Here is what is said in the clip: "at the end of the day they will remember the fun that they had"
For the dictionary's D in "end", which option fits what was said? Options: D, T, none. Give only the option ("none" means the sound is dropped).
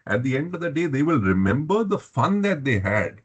D